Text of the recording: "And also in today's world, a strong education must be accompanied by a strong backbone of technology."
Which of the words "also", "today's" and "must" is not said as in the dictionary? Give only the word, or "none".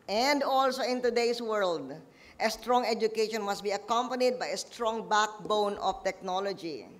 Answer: today's